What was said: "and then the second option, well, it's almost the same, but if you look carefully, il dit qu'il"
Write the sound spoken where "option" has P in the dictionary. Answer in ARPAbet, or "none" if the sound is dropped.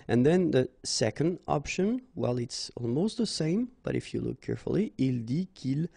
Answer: P